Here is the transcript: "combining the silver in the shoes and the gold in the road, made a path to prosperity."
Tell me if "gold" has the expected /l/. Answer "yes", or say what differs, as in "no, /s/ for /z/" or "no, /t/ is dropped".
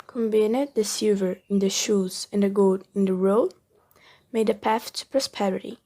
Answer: no, /l/ is dropped